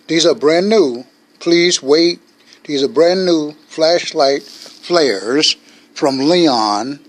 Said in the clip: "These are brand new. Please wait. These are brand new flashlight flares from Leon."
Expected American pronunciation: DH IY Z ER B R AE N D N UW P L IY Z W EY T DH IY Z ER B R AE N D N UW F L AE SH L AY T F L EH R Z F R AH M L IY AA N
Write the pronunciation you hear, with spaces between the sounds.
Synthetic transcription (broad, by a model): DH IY Z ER B R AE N N UW P L IY Z W EY T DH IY Z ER B R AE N N UW F L AE SH L AY T F L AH R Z F R AH M L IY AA N